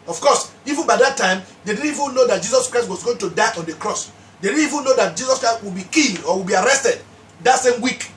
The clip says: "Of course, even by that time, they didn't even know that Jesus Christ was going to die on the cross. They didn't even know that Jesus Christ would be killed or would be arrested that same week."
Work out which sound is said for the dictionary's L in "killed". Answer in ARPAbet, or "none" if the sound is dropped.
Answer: N